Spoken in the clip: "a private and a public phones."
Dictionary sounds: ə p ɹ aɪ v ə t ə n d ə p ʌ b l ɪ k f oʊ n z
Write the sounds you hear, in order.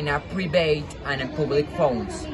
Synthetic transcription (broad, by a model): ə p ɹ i b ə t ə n ə p ʌ b l ɪ k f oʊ n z